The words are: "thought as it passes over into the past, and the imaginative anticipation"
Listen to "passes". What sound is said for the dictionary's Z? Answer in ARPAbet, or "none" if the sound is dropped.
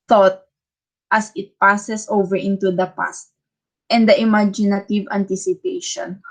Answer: S